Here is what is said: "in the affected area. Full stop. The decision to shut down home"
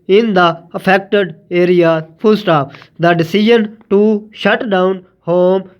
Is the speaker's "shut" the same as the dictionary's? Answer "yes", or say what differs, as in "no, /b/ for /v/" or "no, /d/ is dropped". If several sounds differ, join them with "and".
yes